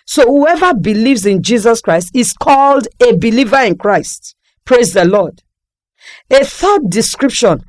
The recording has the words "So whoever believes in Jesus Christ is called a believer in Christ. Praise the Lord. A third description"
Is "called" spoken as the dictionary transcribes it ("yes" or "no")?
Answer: yes